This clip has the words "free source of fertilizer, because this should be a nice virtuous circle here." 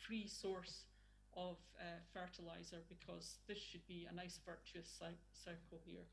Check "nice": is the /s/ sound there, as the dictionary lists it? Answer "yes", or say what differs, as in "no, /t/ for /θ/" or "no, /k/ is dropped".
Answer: yes